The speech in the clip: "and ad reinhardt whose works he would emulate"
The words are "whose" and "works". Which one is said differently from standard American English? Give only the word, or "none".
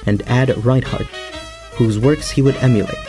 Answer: none